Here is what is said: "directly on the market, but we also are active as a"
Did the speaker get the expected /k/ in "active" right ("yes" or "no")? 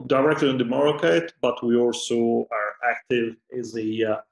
yes